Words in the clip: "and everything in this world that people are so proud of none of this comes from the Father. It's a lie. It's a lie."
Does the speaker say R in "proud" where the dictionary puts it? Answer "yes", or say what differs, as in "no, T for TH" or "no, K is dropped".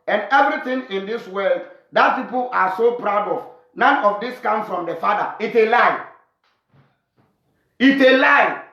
yes